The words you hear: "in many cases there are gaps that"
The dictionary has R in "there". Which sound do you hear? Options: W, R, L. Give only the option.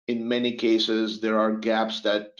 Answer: R